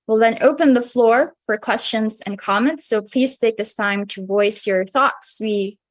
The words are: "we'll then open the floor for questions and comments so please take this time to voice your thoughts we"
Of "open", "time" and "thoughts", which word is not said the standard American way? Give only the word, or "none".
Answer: none